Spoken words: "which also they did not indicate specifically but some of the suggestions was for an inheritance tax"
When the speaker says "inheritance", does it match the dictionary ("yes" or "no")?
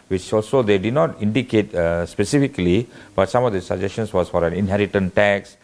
no